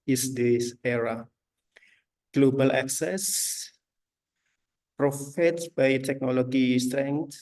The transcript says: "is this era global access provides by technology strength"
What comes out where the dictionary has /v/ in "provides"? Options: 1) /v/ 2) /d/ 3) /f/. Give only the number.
3